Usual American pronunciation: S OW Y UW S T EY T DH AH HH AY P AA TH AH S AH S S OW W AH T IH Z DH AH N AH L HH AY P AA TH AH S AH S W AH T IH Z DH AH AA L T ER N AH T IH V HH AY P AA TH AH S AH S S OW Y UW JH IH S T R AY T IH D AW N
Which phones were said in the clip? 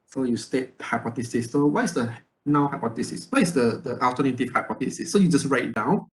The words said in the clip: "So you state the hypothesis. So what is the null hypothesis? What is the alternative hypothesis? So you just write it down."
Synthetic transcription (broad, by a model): S OW Y UW S T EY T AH HH AY P AA T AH S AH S S OW W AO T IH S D AH N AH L HH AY P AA T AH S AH S W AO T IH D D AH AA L T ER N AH T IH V HH AY P AA T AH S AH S S OW Y UW JH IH S R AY IH D AW N